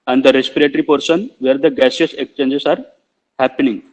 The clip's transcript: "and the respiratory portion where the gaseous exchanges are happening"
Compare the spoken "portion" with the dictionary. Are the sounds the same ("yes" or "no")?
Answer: no